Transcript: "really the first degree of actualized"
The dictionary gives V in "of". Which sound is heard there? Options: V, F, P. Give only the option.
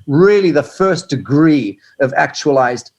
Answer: V